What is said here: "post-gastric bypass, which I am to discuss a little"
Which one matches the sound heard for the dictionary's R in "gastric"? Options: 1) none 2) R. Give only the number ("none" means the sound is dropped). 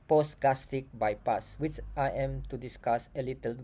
1